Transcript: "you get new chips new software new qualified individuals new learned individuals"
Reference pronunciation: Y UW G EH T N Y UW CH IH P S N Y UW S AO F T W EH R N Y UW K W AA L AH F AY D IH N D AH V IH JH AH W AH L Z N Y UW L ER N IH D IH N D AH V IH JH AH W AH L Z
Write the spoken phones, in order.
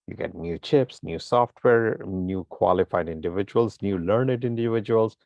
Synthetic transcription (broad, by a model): Y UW G EH T N Y UW CH IH P S N Y UW S AO F T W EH R N Y UW K W AA L AH F AY D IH N D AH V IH JH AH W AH L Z N Y UW L ER N IH D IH N D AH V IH JH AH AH L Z